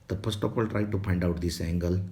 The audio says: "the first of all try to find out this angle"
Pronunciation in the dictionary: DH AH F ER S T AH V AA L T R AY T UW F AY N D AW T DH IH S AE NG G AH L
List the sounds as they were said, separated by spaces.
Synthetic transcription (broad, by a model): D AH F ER S T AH P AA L T R AY T UW P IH N D AW T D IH S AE NG G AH L